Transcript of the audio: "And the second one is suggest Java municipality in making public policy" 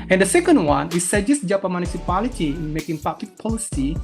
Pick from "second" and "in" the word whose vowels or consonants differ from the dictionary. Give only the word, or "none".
none